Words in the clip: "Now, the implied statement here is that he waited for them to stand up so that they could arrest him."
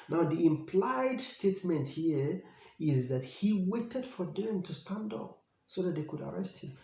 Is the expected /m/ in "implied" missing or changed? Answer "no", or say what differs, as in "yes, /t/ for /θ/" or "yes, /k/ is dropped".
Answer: no